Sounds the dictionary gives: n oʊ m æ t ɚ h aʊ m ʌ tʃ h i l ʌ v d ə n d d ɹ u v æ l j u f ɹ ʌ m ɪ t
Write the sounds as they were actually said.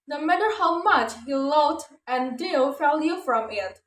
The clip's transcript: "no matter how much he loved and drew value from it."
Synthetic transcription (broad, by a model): n oʊ m æ t ɚ h aʊ m ʌ tʃ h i l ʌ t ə n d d u f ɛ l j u f ɹ ʌ m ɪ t